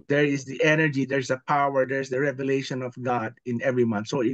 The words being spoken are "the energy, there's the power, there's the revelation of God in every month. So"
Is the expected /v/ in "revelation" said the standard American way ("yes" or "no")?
yes